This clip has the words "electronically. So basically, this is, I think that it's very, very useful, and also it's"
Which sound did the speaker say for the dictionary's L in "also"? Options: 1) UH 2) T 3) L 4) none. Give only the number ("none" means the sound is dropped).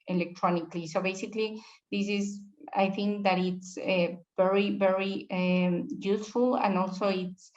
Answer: 3